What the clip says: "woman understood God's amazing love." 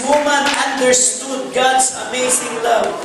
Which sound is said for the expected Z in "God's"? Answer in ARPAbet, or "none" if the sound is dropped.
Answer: S